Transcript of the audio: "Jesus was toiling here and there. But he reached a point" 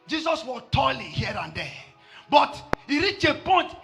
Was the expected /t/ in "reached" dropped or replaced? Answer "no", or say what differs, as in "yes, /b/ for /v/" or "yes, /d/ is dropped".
yes, /t/ is dropped